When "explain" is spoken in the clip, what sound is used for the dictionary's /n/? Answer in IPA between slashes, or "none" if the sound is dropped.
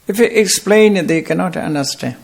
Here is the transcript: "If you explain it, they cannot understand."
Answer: /n/